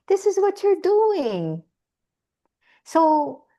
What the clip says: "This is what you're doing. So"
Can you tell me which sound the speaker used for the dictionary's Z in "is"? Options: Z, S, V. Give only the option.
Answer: Z